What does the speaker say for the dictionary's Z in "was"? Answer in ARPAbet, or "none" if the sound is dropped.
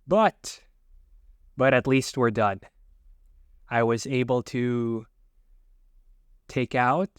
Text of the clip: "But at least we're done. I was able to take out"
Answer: Z